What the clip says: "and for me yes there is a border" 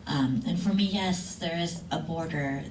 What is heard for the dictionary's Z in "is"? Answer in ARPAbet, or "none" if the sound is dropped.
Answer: Z